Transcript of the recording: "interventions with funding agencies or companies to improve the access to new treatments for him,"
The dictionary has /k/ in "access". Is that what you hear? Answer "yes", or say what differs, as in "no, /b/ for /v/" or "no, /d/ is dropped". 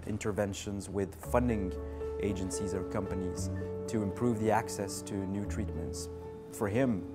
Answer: yes